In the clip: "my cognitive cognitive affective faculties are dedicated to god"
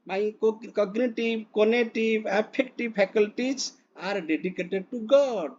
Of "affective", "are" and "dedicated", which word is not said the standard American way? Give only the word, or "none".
affective